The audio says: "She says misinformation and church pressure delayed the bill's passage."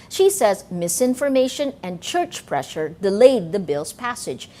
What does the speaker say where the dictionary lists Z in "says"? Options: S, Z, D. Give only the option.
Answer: Z